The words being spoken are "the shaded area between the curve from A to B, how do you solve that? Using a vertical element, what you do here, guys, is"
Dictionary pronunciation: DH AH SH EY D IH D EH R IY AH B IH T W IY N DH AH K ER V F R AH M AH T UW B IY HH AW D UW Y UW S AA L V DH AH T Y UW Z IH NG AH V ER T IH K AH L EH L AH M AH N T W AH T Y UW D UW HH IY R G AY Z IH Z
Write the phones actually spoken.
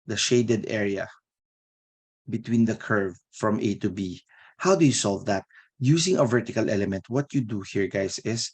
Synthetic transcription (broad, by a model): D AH SH EY D IH D EH R IY AH B IH T W IY N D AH K ER V F R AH M AH T UW B IY HH AW D UW Y UW S AA L V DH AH T Y UW S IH NG AH V ER T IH K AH L EH L AH M AH N T W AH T Y UW D UW HH IY R G AY S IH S